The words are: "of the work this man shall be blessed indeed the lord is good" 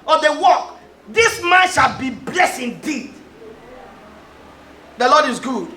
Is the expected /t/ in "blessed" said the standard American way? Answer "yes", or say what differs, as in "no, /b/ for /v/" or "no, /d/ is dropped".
no, /t/ is dropped